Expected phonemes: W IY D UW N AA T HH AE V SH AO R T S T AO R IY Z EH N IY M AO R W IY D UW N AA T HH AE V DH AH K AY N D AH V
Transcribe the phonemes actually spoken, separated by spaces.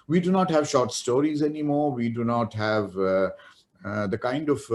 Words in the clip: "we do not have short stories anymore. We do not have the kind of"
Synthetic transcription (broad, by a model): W IY D UW N AA T HH AE V SH AO R T S T AO R IY Z EH N IY M AO R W IY D UW N AA T HH AE V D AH K AY N D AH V